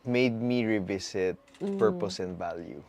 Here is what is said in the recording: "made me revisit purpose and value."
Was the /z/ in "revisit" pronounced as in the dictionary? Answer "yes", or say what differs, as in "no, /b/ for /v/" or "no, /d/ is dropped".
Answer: no, /s/ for /z/